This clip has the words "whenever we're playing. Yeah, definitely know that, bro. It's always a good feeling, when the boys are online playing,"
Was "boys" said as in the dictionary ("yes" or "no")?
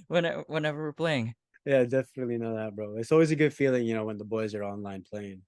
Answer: yes